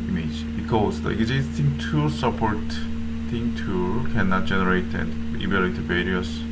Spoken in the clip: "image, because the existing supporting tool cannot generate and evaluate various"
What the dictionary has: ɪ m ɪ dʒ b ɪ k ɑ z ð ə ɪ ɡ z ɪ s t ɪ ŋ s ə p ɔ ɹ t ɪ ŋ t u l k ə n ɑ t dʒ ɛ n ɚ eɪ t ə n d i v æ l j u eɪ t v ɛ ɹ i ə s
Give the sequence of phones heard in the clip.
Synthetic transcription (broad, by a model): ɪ m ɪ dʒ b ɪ k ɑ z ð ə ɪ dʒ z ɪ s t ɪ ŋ s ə p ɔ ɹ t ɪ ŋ t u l k ə n ɑ t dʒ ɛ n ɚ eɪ t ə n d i b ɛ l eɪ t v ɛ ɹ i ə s